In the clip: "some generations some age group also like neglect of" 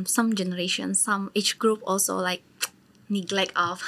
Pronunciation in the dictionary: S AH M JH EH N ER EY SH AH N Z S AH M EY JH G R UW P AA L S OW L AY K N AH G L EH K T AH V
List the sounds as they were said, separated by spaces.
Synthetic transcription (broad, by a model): S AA M JH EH N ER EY SH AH N S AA M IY CH G R UW P AA L S OW L AY K N AH G L EH K T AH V